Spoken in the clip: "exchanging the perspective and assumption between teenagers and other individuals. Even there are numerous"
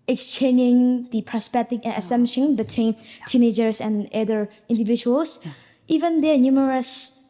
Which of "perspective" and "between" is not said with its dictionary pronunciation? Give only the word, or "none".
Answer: perspective